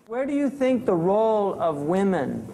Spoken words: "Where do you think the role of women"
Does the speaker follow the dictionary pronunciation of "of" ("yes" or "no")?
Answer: yes